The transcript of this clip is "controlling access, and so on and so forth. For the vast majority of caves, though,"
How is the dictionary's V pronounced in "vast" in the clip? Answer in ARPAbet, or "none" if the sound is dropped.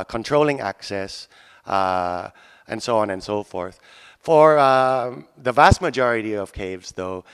V